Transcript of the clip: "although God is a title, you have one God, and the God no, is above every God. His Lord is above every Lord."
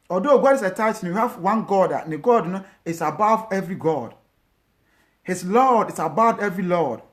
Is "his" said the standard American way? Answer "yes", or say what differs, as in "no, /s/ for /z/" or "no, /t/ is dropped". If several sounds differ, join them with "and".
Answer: no, /s/ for /z/